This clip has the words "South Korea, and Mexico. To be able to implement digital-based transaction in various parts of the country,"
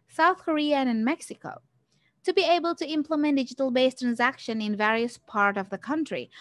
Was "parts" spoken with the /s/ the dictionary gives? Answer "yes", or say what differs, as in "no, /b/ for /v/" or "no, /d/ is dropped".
no, /s/ is dropped